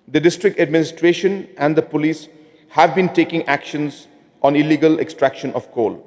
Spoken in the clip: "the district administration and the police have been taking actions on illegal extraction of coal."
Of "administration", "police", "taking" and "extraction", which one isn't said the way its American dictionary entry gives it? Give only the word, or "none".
none